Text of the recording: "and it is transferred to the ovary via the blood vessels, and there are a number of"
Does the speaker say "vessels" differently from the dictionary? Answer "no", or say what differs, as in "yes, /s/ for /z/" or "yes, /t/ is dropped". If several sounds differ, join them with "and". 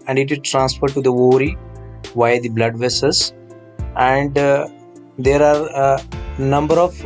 yes, /l/ is dropped